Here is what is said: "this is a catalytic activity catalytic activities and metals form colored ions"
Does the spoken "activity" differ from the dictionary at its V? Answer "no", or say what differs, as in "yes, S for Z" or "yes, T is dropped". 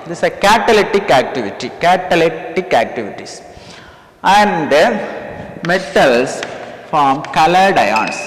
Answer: no